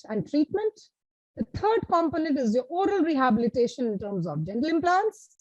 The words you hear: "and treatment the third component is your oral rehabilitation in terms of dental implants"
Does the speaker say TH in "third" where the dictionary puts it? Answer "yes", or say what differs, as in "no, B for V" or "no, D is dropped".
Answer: no, T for TH